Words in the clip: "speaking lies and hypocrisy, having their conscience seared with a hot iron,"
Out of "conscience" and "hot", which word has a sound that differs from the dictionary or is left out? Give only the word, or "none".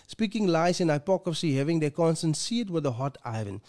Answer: conscience